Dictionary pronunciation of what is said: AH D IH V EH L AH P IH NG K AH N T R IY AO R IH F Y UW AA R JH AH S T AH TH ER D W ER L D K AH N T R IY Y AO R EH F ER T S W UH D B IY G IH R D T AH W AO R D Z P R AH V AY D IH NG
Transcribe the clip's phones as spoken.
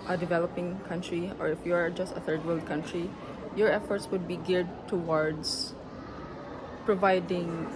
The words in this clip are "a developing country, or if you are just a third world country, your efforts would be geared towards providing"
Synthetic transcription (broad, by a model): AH D IH V EH L AH P IH NG K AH N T R IY AO R IH F Y UW AA R JH AH S T AH TH ER D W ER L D K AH N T R IY Y AO R EH F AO T S W UH D B IY G IH R D T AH W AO R D S P R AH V AY D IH NG